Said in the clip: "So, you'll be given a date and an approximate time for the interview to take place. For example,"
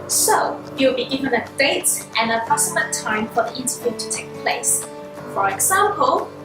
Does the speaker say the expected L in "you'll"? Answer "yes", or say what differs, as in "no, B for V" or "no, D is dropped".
no, W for L